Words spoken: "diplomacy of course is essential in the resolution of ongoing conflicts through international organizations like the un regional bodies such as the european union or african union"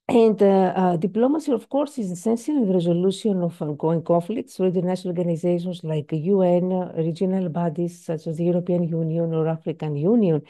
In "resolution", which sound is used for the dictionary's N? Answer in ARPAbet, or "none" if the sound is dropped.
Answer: none